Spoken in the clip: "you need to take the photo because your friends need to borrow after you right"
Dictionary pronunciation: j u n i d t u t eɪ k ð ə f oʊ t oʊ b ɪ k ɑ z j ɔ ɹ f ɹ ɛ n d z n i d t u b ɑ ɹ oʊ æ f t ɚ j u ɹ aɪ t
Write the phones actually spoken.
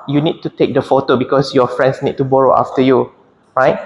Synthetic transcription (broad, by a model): j u n i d t u t eɪ k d ə f oʊ t oʊ b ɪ k ɑ s j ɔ f ɹ ɛ n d s n i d t u b ɑ ɹ oʊ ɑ f t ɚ j u ɹ aɪ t